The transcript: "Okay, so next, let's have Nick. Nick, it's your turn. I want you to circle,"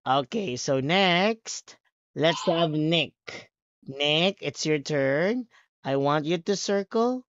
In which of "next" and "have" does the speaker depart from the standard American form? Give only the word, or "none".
none